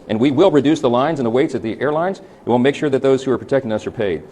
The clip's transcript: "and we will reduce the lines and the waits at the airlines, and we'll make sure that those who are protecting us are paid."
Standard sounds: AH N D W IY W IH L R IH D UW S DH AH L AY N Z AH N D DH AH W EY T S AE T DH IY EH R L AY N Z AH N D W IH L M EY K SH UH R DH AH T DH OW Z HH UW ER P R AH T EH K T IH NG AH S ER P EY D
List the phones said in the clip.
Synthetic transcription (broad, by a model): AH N W IY W IH L R IH D UW S DH AH L AY N Z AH N DH AH W EY T S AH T DH IY EH R L AY N Z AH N W IH L M EY K SH UH R DH AH T DH OW Z HH UW ER P R AH T EH K T IH NG AH S ER P EY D